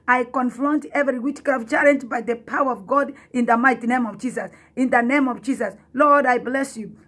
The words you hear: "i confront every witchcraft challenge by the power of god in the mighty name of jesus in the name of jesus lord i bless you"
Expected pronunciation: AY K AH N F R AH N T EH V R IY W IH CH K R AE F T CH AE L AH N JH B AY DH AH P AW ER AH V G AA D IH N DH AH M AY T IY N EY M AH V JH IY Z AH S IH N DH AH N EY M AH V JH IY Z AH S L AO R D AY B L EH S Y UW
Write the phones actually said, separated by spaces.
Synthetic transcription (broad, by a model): AY K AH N F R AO N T EH V R IY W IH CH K AO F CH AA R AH N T B AY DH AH P AW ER AH V G AA D IH N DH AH M AY T IY N EY M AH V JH IY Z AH S IH N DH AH N EY M AH V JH IY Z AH S L AO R D AY B L EH S Y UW